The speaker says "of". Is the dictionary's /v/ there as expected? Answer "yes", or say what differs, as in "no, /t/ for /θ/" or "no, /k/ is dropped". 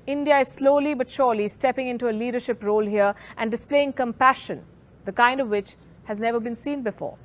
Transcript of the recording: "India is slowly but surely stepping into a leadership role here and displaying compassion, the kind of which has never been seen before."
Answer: yes